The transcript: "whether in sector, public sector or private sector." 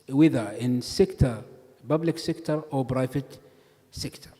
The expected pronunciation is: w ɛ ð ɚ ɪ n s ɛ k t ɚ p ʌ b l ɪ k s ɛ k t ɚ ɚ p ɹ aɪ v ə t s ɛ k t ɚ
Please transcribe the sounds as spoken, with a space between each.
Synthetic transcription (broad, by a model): w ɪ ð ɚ ɪ n s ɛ k t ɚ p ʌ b l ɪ k s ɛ k t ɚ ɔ b ɹ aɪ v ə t s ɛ k t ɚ